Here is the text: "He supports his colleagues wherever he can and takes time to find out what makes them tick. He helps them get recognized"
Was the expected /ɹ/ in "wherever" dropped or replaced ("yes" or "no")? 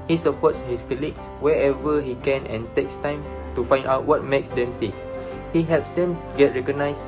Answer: yes